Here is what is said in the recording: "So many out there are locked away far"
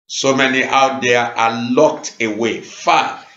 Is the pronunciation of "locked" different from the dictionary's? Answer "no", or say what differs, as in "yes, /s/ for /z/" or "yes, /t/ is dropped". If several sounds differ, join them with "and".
no